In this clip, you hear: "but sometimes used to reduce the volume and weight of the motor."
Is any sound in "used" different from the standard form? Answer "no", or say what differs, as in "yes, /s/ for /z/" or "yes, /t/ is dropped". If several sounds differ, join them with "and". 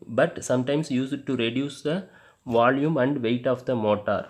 yes, /s/ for /z/